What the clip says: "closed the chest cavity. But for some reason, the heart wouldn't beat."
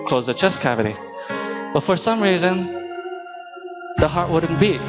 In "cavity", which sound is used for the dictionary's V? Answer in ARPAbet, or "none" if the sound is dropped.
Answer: V